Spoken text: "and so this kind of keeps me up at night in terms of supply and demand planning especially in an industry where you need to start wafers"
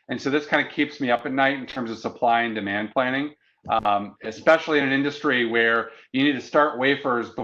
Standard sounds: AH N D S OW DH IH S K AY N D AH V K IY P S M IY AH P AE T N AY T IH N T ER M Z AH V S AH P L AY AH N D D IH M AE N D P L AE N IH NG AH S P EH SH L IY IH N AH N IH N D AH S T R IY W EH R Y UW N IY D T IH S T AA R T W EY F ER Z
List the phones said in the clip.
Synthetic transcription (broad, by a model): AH N S OW DH IH S K AY N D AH K IY P S M IY AH P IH T N AY T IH N T ER M Z AH V S AH P L AY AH N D D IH M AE N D P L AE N IH NG AH S P EH SH L IY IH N AH N IH N D AH S T R IY W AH R Y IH N IY D T IH S T AA R T W EY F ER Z